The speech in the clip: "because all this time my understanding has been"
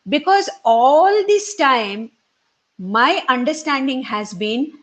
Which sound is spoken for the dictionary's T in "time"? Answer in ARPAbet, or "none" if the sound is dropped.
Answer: T